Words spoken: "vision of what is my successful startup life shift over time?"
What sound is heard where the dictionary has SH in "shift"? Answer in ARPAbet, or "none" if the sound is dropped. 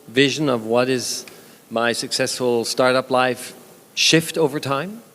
SH